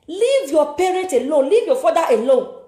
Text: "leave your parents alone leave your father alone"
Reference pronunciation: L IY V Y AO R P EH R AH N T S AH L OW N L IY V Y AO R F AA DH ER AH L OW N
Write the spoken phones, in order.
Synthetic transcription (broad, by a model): L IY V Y AO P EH R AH T AH L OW L IY V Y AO F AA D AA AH L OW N